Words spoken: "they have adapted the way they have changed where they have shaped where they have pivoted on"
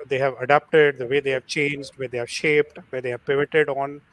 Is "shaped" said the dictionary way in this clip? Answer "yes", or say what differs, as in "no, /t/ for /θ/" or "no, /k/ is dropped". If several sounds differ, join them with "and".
yes